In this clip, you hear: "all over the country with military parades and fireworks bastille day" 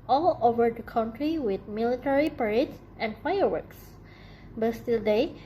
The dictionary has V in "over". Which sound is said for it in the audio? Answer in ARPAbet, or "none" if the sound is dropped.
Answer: V